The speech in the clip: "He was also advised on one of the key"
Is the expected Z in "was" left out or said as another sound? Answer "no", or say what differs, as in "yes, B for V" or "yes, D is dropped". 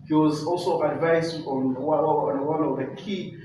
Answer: no